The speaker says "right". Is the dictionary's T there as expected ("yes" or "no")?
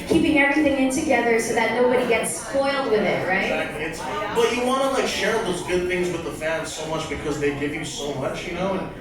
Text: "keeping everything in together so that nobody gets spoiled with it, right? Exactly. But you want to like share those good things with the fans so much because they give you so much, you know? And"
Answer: no